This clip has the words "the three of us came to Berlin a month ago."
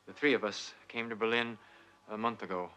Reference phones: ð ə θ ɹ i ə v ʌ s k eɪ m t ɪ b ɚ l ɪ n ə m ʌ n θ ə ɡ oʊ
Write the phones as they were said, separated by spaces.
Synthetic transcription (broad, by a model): ð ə θ ɹ i ə v ʌ s k eɪ m t ɪ b ɚ l ɪ n ə m ʌ n θ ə ɡ oʊ